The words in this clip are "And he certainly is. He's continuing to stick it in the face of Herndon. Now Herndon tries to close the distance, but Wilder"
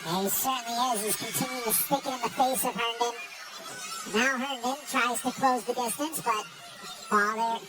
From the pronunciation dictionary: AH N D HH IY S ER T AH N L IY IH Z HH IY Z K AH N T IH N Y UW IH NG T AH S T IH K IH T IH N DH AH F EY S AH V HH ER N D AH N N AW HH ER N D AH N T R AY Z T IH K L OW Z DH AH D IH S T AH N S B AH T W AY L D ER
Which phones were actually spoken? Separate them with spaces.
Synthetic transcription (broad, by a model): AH S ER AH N IY IH Z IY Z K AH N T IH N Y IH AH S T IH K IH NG IH N DH AH F EY S AH V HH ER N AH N N AW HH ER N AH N T R AY Z T IH K L OW Z DH AH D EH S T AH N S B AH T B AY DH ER